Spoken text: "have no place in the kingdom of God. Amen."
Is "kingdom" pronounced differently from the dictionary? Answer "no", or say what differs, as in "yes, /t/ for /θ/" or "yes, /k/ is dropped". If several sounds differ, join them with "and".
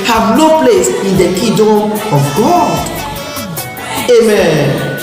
yes, /ŋ/ is dropped